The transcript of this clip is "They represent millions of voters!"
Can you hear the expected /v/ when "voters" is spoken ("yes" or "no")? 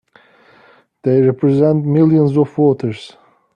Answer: no